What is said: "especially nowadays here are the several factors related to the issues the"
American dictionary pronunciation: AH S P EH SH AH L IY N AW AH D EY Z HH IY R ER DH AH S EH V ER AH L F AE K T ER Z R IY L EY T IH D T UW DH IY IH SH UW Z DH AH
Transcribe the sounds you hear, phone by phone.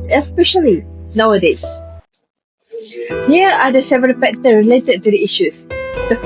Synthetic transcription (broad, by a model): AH S P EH SH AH L IY N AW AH D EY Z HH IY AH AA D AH S EH V ER AH L P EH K T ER R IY L EY T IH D T UW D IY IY SH UW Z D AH